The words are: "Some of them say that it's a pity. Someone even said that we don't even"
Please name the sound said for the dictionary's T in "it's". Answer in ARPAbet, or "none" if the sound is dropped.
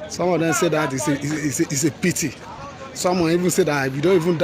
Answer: S